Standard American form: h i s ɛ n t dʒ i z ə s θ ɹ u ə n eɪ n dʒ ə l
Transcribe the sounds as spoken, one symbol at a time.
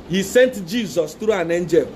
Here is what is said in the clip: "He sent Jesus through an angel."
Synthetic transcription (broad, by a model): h i s ɛ n t dʒ i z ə s t ɹ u ə n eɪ n dʒ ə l